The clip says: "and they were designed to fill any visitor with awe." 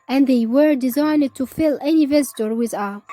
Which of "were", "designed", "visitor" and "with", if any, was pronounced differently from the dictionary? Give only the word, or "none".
none